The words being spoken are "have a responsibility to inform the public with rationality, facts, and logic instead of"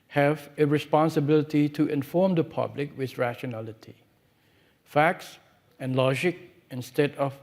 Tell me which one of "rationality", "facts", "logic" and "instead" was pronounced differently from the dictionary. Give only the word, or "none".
none